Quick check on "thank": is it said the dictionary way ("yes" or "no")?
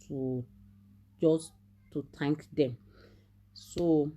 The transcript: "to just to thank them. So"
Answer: no